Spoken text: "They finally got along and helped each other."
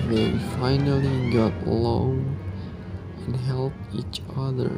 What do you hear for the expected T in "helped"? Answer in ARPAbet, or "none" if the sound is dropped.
none